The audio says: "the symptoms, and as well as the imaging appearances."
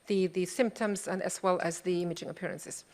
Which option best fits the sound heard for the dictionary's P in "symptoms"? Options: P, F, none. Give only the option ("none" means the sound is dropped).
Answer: P